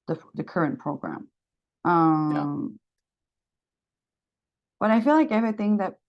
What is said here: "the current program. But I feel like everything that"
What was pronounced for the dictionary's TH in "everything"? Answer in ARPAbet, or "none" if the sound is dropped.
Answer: TH